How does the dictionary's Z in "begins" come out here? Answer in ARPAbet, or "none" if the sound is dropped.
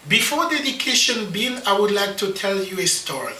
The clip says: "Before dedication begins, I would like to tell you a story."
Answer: none